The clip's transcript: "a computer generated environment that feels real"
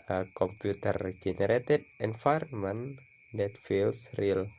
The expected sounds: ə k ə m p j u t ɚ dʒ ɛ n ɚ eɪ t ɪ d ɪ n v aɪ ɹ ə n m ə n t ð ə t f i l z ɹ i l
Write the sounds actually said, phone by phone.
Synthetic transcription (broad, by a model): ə k ə m p j u t ɚ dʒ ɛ n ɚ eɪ t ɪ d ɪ n f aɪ ɹ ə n m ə n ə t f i l s ɹ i l